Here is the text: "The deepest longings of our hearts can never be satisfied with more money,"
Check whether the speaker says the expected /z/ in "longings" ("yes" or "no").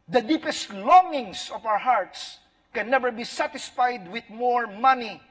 no